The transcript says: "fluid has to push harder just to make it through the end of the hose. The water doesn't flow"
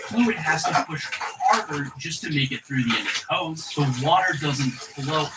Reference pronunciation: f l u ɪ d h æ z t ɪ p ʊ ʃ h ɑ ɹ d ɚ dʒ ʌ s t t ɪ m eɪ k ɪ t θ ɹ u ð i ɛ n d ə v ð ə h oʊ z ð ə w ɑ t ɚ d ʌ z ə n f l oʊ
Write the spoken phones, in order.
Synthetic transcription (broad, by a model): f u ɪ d h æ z t ɪ p ʊ ʃ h ɑ ɹ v ɚ dʒ ʌ s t t ɪ m eɪ k ɪ t θ ɹ u ð i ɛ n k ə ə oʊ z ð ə w ɑ t ɚ d ʌ z ə n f l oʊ